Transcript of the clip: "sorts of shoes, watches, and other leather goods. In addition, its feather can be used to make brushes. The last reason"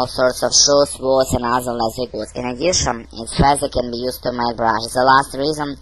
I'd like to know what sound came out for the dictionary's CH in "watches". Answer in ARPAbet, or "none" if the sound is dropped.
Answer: S